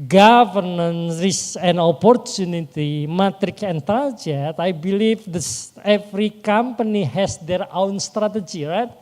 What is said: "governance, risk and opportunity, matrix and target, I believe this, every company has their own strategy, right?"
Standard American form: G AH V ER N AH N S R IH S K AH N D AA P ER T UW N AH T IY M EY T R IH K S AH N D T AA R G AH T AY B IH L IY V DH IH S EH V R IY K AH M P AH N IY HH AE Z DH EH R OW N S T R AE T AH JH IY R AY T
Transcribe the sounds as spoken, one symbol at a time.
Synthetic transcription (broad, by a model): G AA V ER N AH N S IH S AH N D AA P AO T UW N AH T IY M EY T R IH K S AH N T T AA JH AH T AY B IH L IY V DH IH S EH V R IY K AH M P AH N IY HH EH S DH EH R OW N S T R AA T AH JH IY R AY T